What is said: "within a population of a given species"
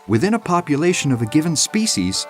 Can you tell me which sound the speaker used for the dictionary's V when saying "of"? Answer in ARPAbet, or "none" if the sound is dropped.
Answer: V